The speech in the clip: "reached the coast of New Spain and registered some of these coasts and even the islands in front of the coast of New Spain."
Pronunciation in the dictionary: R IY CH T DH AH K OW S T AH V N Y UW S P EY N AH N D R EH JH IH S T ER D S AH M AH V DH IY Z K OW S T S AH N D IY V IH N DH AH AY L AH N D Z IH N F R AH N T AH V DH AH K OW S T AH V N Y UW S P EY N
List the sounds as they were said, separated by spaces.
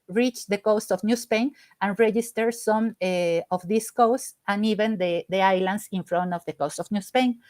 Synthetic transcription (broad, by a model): R IY CH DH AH K OW S T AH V N Y UW S P EY N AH N R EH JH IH S T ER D S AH M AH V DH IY S K OW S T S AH N IY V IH N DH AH AY L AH N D S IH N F R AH N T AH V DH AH K OW S T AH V N Y UW S P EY N